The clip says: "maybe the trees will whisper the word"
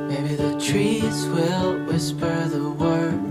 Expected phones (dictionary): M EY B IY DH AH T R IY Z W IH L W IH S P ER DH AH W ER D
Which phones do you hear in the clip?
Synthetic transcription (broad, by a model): M EY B IY DH AH T R IY Z W IH L W IH S P ER DH AH W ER